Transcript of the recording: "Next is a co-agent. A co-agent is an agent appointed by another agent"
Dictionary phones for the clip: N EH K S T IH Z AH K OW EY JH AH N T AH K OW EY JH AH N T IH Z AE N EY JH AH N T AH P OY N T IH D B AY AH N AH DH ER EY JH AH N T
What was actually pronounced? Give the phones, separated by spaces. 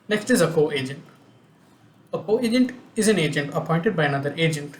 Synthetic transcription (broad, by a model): N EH K S T IH Z AH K OW EY JH AH N T AH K OW EY JH AH N T IH Z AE N EY JH AH N T AH P OY N T IH D B AY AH N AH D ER EY JH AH N T